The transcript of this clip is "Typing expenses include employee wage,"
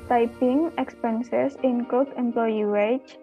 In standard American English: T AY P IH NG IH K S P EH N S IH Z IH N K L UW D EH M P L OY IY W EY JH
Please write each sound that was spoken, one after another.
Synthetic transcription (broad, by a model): T AY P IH NG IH K S P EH N S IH S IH N K AO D EH M P L OY IY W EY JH